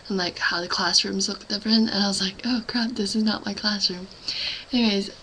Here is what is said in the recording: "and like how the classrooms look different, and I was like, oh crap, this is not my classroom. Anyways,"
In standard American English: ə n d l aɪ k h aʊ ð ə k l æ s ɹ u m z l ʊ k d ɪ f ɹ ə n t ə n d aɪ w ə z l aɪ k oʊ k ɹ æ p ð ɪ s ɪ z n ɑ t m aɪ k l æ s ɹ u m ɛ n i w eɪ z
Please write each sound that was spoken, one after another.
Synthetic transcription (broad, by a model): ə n l aɪ k h aʊ ð ə k l æ s ɹ u m z l ʊ k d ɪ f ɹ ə n ə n aɪ w ə z l aɪ k oʊ k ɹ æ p ð ɪ s ɪ z n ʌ t m aɪ k l æ s ɹ u m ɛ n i w eɪ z